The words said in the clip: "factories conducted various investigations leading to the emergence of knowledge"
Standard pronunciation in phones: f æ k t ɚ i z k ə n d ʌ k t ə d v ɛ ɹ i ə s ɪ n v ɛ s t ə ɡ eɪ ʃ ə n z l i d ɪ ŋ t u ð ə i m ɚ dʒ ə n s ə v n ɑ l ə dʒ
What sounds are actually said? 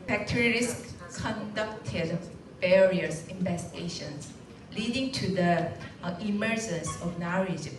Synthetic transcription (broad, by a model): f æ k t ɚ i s k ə n d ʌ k t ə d b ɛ ɹ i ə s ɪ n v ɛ s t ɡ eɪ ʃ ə n s l i d ɪ ŋ t u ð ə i m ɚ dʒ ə n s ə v n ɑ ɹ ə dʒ